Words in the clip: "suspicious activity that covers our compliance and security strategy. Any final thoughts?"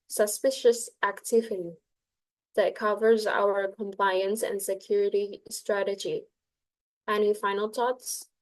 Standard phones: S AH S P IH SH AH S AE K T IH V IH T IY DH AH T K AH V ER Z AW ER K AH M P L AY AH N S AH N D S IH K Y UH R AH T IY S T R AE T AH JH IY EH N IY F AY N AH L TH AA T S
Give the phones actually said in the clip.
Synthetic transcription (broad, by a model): S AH S P IH SH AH S AE K T IH V IH T IY DH AH T K AH V ER Z AW ER K AH M P L AY AH N S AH N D S IH K Y UH R AH T IY S T R AE T AH JH IY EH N IY F AY N L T AA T S